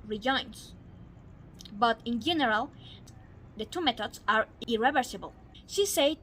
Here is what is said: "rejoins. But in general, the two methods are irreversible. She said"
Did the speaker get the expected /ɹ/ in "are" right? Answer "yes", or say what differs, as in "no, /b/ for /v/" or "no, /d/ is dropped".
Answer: yes